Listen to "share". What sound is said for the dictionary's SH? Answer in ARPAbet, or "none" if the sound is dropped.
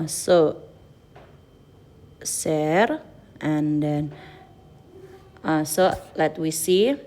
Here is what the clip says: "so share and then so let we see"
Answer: S